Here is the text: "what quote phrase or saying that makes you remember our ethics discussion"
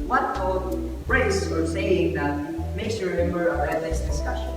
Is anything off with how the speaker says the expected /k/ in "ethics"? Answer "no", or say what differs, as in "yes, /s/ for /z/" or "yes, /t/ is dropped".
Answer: yes, /k/ is dropped